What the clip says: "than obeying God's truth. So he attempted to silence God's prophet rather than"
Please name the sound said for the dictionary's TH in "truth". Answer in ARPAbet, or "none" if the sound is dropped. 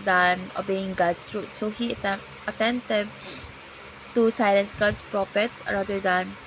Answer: T